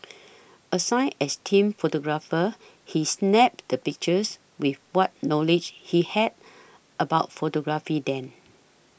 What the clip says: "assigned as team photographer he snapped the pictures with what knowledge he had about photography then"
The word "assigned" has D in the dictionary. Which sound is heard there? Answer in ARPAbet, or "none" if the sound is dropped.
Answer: none